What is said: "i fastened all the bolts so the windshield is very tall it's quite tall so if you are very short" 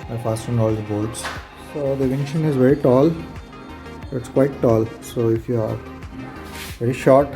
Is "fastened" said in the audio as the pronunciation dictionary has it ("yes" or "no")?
no